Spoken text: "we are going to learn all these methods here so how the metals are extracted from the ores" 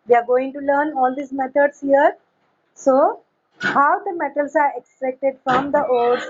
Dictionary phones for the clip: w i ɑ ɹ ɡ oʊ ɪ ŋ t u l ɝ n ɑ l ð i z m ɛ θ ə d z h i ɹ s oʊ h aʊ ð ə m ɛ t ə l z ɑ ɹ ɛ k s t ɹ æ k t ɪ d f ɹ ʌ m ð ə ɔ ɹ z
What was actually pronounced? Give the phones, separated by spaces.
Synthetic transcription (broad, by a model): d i ɑ ɹ ɡ oʊ ɪ ŋ t u l ɝ n ɑ l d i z m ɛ t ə d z h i ɹ s oʊ h aʊ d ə m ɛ t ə l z ɑ ɹ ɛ k s t ɹ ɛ k t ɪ d f ɹ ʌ m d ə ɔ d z